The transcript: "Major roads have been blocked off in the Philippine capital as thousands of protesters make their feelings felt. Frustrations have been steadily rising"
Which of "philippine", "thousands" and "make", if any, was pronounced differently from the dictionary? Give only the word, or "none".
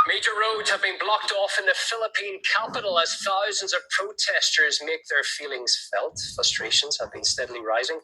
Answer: none